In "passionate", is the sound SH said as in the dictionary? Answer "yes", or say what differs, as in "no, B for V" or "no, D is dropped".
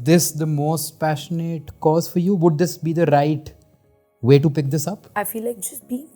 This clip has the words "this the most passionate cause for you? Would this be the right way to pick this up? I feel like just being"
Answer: yes